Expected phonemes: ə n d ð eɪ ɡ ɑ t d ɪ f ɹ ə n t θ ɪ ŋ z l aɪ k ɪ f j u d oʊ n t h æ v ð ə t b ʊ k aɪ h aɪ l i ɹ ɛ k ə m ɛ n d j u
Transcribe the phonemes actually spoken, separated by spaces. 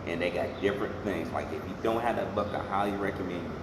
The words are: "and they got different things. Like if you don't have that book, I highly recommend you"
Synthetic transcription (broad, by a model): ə n ð eɪ ɡ ɑ t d ɪ f ɹ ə n θ ɪ ŋ z l aɪ k ɪ f j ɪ d oʊ n t h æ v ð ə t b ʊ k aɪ h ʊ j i ɹ ɛ k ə m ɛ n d